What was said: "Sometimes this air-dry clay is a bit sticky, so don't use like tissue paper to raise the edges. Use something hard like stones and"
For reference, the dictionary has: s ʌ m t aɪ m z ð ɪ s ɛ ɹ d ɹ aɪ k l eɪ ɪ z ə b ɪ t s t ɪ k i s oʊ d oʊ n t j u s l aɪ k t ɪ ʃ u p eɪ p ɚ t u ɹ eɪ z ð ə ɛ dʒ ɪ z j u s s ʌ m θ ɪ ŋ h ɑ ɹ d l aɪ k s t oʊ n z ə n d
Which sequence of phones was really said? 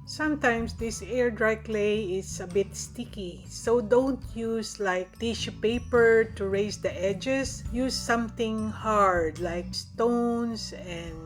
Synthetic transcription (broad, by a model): s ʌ m t aɪ m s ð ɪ s ɛ ɹ d ɹ aɪ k l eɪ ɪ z ə b ɪ t s t ɪ k i s oʊ d oʊ n t j u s l aɪ k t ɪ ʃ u p eɪ p ɚ t u ɹ eɪ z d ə ɛ dʒ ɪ s j u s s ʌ m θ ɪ ŋ h ɑ ɹ d l aɪ k s t oʊ n s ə n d